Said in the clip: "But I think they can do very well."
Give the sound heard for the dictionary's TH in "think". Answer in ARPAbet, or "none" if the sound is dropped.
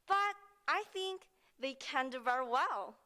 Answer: TH